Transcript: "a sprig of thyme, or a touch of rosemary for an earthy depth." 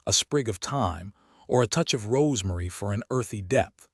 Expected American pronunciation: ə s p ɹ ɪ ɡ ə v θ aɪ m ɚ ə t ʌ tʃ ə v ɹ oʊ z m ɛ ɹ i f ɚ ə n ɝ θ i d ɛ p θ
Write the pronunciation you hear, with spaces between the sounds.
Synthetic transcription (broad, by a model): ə s p ɹ ɪ ɡ ə v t aɪ m ɚ ə t ʌ tʃ ə v ɹ oʊ z m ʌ ɹ i f ɚ ə n ɝ θ i d ɛ p θ